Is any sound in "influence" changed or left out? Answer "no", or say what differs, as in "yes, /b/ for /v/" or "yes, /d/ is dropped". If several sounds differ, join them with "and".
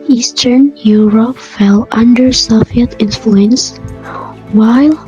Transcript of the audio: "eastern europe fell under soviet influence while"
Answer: no